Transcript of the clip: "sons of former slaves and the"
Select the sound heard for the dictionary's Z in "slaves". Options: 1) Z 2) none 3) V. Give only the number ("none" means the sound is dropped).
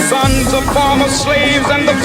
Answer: 1